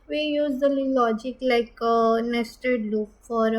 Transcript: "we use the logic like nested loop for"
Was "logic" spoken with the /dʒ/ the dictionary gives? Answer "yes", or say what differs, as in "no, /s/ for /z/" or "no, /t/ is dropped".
yes